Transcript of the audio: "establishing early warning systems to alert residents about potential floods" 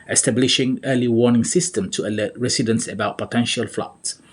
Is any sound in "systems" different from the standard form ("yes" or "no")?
yes